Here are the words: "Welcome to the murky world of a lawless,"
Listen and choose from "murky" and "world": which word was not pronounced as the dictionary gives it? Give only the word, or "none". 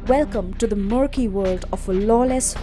none